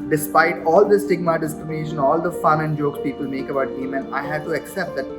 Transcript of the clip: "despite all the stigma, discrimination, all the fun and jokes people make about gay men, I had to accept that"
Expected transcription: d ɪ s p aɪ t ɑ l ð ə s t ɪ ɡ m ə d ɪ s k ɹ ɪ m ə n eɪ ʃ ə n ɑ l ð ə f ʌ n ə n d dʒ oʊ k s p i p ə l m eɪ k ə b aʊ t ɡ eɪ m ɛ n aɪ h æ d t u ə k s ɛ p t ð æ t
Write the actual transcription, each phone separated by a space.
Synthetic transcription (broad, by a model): d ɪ s p aɪ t ɑ l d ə s t ɪ ɡ m ə d ɪ s k ɹ ɪ m ə n eɪ ʃ ə n ɑ l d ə f ʌ n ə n d dʒ oʊ k s p i p ə l m eɪ k ə b aʊ t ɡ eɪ m ɛ n aɪ h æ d t u ə k s ɛ p t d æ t